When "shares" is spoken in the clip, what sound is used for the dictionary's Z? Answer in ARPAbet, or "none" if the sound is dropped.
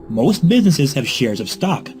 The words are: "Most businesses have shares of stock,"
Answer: Z